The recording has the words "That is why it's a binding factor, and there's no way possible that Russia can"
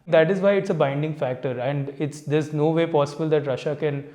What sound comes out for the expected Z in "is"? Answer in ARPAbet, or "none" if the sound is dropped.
Z